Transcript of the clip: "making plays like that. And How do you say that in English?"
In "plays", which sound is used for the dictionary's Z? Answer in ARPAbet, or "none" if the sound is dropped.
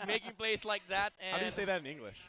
S